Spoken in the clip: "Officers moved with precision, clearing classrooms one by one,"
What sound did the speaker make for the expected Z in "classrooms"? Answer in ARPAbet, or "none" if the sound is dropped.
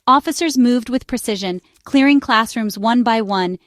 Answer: Z